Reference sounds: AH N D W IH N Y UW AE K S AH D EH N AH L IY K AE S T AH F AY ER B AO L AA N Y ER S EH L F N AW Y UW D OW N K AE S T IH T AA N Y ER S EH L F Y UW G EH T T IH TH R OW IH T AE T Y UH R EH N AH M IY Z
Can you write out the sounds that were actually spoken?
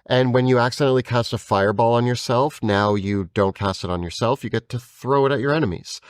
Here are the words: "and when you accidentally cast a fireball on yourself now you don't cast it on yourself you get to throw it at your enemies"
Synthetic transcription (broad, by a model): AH N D W IH N Y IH AE K S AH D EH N L IY K AE S T AH F AY ER B AO L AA N Y ER S EH L F N AW Y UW D OW N K AE S T IH T N Y ER S EH L F Y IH G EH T T IH TH R OW IH T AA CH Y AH R EH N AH M IY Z